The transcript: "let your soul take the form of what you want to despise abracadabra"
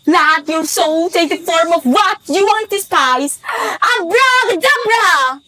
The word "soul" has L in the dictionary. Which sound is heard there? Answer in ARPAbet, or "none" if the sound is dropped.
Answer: L